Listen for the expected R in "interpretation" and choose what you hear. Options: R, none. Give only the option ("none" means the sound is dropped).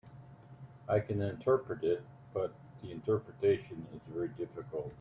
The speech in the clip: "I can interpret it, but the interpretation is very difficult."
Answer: R